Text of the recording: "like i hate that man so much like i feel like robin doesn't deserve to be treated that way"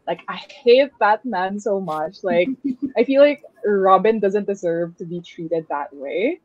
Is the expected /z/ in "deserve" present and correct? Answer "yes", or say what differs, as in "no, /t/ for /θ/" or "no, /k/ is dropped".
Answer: yes